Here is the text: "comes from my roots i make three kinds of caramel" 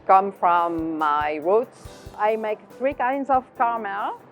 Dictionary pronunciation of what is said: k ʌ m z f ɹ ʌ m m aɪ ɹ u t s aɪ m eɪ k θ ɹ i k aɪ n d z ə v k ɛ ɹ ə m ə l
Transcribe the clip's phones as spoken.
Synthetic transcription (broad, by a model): k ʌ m f ɹ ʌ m m aɪ ɹ u t s aɪ m eɪ k θ ɹ i k aɪ n d z ə v k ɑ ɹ m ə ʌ